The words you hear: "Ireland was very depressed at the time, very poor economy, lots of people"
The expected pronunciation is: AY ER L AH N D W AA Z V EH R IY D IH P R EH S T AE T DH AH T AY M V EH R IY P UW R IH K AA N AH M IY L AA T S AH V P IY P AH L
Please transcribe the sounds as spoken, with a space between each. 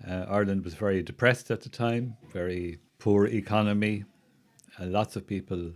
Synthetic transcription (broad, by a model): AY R L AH N D W AA Z V EH R IY D IH P R EH S T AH T DH AH T AY M V EH R IY P UW R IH K AA N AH M IY L AA T S AH V P IY P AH L